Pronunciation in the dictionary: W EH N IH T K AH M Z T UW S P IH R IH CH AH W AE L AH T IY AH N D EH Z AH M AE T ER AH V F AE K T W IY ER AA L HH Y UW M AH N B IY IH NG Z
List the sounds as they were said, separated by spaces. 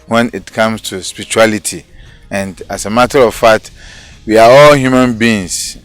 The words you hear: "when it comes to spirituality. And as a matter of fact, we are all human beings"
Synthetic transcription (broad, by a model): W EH N IH T K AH M S T UW S P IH R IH CH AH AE L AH T IY AH N D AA S AH M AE T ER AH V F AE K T W IY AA AA L HH Y UW M AH N B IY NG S